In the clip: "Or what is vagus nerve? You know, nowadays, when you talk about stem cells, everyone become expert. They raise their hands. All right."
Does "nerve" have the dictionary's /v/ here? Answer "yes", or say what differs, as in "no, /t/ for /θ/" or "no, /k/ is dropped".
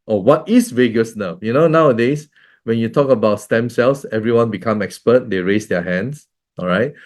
no, /f/ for /v/